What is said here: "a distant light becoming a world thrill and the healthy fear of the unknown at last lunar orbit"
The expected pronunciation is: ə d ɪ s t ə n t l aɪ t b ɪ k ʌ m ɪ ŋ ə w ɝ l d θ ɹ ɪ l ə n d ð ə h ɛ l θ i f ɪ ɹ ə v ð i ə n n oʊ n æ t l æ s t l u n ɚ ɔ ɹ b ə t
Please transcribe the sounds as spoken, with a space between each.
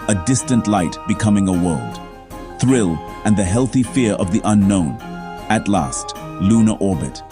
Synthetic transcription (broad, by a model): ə d ɪ s t ə n t l aɪ t b ɪ k ʌ m ɪ ŋ ə w ɝ l d θ ɹ ɪ l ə n ð ə h ɛ l θ i f ɪ ɹ ə v ð i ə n n oʊ n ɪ t l æ s t l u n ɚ ɔ ɹ b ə t